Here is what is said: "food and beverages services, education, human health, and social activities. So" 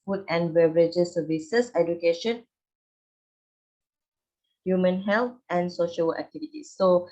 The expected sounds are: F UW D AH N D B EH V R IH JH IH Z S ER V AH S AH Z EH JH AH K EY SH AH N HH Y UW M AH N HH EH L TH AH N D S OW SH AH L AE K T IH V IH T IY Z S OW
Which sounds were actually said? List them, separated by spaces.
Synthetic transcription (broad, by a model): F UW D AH N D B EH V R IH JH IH S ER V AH S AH S EH JH AH K EY SH AH N HH Y UW M AH N HH EH L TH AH N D S OW SH AH L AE K T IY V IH T IY S OW